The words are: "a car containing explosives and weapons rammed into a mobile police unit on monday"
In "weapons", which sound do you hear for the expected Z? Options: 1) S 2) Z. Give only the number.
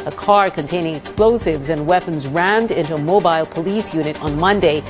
2